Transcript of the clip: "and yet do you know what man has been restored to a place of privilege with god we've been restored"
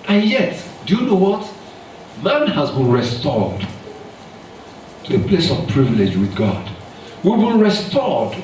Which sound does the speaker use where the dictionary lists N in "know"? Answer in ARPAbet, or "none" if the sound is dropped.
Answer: N